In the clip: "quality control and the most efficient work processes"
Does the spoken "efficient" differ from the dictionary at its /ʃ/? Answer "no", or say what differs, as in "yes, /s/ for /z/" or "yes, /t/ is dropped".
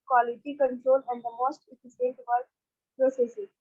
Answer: yes, /s/ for /ʃ/